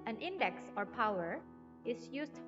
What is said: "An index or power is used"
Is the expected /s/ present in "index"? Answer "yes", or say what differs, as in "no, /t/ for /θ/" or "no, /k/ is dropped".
yes